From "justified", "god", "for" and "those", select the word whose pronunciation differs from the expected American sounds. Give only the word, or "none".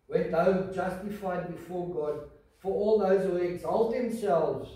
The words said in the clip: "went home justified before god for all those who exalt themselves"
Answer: none